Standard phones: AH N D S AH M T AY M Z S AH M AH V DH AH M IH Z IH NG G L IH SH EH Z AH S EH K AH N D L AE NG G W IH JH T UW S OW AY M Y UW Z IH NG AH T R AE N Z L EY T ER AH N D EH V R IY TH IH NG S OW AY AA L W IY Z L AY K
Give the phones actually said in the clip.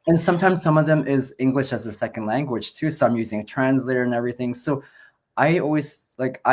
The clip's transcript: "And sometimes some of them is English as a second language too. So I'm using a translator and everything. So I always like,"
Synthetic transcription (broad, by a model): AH N S AH M T AY M Z S AH M AH V DH AH M IH Z IH NG G L IH SH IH Z AH S EH K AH N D L AE NG G W IH JH T UW S OW AY M Y UW Z IH NG AH T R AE N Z L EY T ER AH N EH V R IY TH IH NG S OW AY AA L W IY Z L AY K